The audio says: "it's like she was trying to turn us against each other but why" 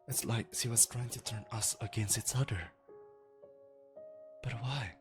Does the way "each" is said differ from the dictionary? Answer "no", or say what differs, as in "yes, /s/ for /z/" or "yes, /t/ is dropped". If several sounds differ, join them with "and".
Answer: yes, /s/ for /tʃ/